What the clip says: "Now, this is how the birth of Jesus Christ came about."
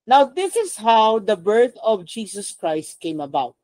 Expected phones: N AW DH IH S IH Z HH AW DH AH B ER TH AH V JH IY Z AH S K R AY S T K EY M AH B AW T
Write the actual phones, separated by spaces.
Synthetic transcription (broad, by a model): N AW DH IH S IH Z HH AW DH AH B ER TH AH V JH IY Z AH S K R AY S T K EY M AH B AW T